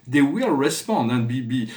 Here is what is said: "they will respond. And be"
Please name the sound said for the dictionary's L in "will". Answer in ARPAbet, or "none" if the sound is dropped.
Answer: L